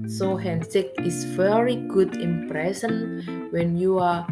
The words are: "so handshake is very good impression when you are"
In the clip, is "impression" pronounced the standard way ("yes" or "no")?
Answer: no